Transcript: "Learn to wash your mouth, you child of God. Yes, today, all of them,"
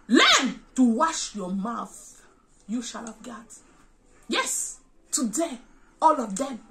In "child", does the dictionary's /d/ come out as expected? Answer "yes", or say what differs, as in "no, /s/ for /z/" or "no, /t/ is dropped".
no, /d/ is dropped